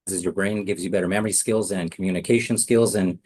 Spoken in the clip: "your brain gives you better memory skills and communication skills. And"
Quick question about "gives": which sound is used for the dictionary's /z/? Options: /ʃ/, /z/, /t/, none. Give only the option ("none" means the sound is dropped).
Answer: /z/